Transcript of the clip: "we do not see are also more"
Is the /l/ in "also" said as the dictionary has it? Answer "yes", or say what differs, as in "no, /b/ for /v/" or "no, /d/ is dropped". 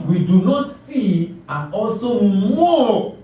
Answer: no, /l/ is dropped